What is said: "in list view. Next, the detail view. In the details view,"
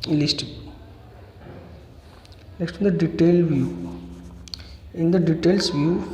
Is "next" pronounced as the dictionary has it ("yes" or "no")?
no